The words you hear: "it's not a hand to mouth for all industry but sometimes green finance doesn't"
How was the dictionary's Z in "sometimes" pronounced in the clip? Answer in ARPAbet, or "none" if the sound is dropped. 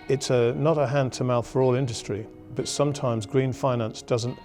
Z